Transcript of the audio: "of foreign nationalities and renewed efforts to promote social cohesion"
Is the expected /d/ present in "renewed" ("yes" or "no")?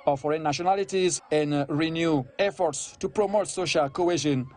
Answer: no